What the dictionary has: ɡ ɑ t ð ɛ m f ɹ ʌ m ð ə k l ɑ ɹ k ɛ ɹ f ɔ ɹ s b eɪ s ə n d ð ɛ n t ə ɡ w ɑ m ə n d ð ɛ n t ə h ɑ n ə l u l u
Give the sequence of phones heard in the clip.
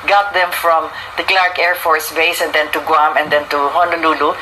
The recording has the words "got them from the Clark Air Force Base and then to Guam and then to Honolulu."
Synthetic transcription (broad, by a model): ɡ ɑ t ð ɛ m f ɹ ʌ m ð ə k l ɑ ɹ k ɛ ɹ f ɔ ɹ s b eɪ s ə n d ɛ n t ə ɡ w ɑ m ə n d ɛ n t ə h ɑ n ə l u l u